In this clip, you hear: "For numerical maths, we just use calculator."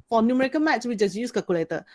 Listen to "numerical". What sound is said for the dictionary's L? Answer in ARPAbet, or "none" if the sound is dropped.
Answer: N